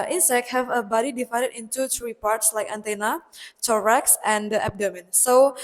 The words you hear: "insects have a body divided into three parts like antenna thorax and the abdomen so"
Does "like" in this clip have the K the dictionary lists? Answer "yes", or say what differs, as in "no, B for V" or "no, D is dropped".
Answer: yes